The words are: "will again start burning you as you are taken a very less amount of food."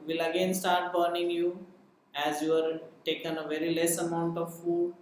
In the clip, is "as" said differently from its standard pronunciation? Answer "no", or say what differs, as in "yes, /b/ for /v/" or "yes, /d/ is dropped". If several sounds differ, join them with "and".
no